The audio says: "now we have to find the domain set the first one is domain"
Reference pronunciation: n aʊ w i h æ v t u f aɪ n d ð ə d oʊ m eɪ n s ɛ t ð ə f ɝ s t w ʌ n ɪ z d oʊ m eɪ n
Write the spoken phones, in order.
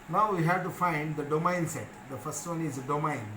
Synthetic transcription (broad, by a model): n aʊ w i h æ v t u f aɪ n d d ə d oʊ m eɪ n s ɛ t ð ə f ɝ s t w ʌ n ɪ z d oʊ m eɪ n